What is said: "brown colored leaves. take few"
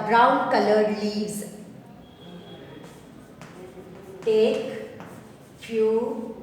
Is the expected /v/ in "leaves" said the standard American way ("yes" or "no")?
no